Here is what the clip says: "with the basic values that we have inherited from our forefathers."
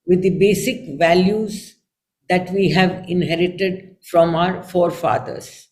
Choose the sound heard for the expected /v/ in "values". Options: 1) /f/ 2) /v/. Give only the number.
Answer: 2